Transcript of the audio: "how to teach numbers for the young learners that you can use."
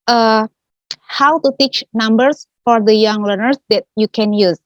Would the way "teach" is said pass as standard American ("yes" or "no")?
yes